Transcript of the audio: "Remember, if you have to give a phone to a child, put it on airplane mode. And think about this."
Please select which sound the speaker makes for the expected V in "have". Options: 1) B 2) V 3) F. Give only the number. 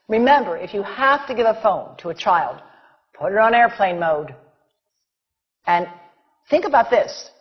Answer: 3